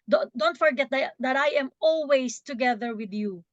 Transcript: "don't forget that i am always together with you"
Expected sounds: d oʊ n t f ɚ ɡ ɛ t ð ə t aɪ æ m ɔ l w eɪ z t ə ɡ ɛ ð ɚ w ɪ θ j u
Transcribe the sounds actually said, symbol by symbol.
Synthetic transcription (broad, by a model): d oʊ n t f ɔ ɡ ɛ t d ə t aɪ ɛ m ɔ l w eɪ s t ə ɡ ɛ ð ɚ w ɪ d j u